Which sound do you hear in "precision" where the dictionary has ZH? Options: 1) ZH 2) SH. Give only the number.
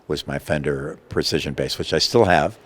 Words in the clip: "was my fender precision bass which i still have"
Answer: 1